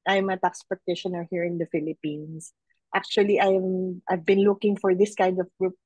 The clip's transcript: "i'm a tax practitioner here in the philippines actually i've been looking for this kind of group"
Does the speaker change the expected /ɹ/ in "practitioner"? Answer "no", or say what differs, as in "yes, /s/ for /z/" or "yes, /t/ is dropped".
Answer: yes, /ɹ/ is dropped